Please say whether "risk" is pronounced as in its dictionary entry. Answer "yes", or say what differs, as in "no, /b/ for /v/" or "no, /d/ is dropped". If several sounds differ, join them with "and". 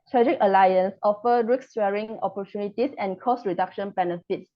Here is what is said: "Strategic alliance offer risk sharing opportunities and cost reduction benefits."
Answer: no, /s/ is dropped